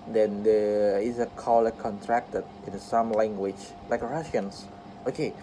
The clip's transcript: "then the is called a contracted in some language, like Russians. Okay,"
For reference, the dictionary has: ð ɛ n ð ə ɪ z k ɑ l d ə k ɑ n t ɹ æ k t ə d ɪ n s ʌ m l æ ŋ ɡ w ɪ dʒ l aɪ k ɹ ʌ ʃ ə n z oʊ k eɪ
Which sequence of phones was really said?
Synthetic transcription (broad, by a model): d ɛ n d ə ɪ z k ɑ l ə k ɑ n t ɹ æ k t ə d ɪ n s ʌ m l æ ŋ ɡ w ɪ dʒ l aɪ k ɹ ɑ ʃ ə n s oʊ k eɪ